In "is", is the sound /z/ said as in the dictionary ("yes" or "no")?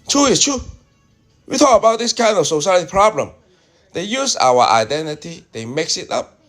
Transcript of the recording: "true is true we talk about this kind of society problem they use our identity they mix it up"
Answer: no